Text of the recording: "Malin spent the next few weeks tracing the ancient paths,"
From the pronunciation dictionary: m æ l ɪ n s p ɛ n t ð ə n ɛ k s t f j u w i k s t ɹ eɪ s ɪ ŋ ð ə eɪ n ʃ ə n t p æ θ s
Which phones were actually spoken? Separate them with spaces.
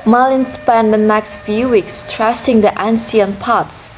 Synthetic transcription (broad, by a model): m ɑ l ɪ n s p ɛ n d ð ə n ɛ k s t f j u w i k s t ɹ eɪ s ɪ ŋ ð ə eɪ n s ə n p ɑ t s